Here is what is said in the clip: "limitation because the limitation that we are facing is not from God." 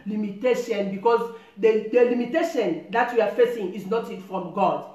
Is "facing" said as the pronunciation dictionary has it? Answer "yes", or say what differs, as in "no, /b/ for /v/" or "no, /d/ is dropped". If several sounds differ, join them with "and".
yes